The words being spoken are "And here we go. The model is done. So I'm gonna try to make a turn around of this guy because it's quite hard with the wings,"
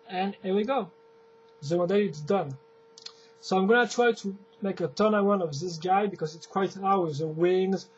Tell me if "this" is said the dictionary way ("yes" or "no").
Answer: yes